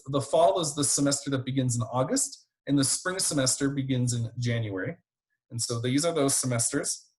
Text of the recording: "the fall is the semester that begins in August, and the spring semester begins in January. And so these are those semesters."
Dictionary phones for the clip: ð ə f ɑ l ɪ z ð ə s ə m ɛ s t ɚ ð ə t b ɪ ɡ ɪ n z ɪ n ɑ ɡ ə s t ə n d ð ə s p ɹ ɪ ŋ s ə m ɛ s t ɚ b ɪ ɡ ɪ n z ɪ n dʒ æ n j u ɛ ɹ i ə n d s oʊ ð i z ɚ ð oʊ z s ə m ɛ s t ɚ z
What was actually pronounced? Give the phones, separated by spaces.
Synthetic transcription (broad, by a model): ð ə f ɑ l ɪ z ð ə s ə m ɛ s t ɚ ð ə t b ɪ ɡ ɪ n z ɪ n ɑ ɡ ə s t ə n ð ə s p ɹ ɪ ŋ s ə m ɛ s t ɚ b ɪ ɡ ɪ n z ɪ n dʒ æ n j u ɛ ɹ i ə n s oʊ ð i z ɚ ð oʊ z s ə m ɛ s t ɚ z